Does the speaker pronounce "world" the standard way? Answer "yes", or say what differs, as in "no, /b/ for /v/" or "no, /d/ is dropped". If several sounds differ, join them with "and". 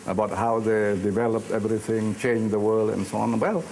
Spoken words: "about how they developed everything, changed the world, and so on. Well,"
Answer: yes